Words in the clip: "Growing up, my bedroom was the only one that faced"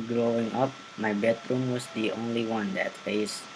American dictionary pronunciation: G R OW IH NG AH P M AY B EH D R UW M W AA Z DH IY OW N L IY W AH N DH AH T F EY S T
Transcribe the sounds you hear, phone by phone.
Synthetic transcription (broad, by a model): G R OW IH NG AH P M AY B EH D R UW M W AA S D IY OW N L IY W AH N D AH T F EY S